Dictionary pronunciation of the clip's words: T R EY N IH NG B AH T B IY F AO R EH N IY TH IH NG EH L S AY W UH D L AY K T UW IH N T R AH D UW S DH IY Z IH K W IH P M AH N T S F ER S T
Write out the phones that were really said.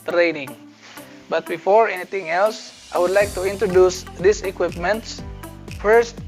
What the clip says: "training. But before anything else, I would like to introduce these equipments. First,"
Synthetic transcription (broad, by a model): T R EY N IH NG B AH T B IY F AO R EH N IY T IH NG EH L S AY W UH D L AY K T UW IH N T R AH D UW S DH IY S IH K W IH P M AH N T S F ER S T